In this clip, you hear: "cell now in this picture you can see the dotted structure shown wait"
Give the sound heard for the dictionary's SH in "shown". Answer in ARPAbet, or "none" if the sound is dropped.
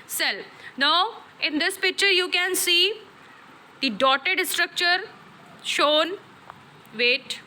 SH